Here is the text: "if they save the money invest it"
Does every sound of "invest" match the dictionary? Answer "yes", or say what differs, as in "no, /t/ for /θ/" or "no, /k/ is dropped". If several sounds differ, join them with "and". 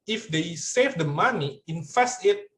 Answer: no, /f/ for /v/